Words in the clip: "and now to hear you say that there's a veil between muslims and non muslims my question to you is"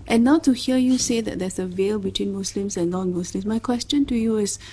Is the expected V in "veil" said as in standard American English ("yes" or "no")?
yes